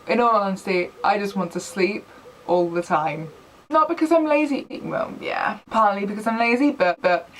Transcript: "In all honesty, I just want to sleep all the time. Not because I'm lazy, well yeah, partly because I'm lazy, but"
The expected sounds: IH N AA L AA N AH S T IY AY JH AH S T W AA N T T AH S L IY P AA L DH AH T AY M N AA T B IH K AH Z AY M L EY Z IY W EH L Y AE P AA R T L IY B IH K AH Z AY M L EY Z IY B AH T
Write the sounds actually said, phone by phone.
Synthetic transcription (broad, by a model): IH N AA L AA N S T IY AY JH AH S T W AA N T T AH S L IY P AA L DH AH T AY M N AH T B IH K AH Z AY M L EY Z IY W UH N Y AE P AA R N L IY B IH K AH Z AY M L EY Z IY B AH T